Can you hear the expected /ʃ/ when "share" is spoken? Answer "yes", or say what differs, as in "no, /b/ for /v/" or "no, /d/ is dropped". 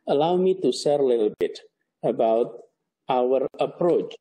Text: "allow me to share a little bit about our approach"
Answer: no, /s/ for /ʃ/